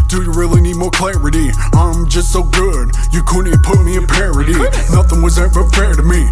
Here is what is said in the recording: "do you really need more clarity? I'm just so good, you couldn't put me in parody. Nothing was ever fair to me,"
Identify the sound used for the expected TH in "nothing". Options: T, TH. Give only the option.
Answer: TH